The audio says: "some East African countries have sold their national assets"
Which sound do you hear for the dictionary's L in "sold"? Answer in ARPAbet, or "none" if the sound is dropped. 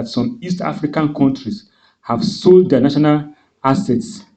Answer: L